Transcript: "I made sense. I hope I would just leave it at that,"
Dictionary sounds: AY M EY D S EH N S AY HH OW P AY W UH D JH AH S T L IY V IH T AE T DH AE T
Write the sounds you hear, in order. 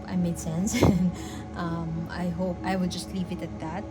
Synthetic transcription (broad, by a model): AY M EY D S EH N S AY HH OW P AY W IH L JH AH S T L IY V IH T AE T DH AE T